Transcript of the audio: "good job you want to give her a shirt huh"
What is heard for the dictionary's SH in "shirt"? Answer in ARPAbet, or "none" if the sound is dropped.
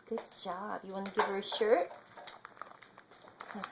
SH